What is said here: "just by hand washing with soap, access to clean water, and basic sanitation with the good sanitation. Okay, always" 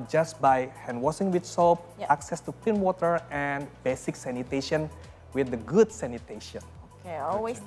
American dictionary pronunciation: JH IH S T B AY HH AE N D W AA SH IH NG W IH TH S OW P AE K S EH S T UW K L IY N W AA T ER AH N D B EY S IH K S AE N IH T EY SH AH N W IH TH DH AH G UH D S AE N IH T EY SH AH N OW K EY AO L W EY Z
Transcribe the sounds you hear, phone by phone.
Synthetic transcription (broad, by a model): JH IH S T B AY HH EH N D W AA S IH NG W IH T S OW P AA K S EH S T UW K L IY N W AA T ER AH N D B EY S IH K S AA N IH T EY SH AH N W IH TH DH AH G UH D S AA N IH T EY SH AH N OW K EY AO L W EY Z